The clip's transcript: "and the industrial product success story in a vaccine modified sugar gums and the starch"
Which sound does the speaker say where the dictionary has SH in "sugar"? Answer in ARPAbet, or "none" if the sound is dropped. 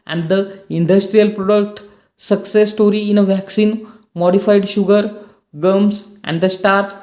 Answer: SH